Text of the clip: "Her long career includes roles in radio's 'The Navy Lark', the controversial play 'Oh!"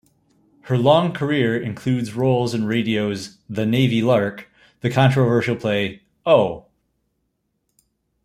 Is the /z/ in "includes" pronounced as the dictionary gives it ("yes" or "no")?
yes